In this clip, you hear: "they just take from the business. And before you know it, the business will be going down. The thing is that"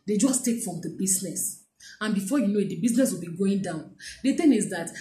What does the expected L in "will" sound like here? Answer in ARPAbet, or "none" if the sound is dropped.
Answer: L